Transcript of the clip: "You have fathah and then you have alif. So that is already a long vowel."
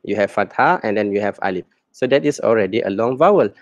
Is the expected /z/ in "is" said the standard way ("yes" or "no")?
no